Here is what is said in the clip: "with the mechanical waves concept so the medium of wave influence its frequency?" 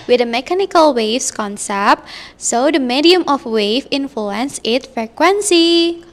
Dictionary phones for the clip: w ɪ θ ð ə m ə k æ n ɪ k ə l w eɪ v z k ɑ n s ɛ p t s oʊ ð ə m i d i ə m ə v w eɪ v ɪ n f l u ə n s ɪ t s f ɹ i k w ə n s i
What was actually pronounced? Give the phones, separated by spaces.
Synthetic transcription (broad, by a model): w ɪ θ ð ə m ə k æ n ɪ k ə l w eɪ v s k ɑ n s ɛ p t s oʊ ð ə m i d i ə m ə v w eɪ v ɪ n f l u ə n s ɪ t f ɹ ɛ k w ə n s i